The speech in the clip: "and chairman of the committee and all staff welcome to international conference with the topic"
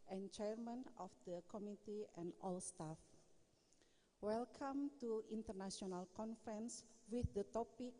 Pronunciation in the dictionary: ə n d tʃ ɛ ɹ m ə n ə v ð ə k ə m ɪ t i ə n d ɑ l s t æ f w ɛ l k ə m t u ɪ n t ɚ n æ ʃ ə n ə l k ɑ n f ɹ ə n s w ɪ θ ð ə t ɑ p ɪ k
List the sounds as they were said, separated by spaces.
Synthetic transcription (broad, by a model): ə n tʃ ɛ ɹ m ə n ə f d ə k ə m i t i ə n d ɑ l s t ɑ f w ɛ l k ə m t u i n t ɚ n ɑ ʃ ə n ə l k ɑ n f ɹ ə n s w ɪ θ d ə t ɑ p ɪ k